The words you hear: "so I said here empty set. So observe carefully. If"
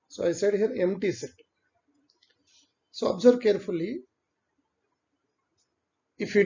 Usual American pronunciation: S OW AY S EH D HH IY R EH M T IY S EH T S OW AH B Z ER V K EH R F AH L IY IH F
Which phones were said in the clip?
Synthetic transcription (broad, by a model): S OW AY S EH D HH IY R EH M T IY S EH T S OW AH B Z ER B K EH R F AH L IY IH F